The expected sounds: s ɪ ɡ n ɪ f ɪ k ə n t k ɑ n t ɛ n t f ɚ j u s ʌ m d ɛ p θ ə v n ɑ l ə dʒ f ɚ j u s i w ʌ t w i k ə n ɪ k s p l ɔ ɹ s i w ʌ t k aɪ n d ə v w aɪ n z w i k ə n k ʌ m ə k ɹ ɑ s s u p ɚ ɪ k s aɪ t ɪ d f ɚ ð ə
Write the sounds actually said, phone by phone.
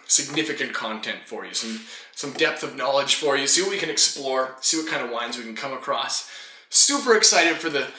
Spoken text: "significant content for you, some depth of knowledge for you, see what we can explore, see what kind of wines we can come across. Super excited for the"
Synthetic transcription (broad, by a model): s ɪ ɡ n ɪ f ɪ k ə n k ɑ n t ɛ n t f ɚ j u s ʌ m d ɛ p θ ə v n ɑ l ə dʒ f ɚ j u s i w ʌ t w i k ə n ɪ k s p l ɔ ɹ s i w ʌ t k aɪ n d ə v w aɪ n z w i k n k ʌ m ə k ɹ ɑ s s u p ɚ ɪ k s aɪ t ɪ d f ɚ ð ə